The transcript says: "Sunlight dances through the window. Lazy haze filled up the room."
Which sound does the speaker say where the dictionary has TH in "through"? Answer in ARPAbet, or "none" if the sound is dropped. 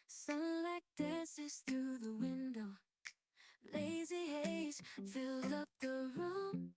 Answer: TH